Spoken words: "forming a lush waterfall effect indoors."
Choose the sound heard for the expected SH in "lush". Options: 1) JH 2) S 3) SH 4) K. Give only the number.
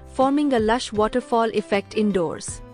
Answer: 3